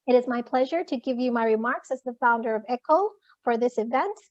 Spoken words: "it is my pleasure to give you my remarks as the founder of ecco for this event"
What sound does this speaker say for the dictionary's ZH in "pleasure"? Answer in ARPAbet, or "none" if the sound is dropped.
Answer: ZH